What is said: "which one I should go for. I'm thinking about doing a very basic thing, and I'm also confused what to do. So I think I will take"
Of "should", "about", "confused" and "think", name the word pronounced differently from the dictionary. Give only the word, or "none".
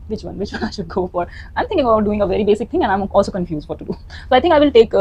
think